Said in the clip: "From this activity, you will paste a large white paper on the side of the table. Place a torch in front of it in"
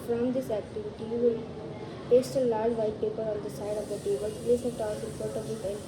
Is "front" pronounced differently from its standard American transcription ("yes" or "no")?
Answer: yes